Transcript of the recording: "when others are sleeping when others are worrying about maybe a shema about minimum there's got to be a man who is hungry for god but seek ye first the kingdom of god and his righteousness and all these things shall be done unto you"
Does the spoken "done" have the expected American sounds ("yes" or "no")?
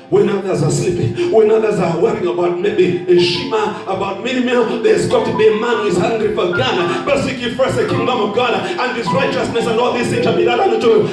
no